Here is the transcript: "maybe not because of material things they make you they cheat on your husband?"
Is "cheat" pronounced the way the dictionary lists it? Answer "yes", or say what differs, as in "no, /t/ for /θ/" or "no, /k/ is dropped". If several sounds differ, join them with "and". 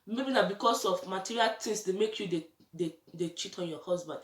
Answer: yes